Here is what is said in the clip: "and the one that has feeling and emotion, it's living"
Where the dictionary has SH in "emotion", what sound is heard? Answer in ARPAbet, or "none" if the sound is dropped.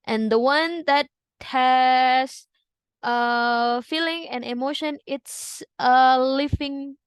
SH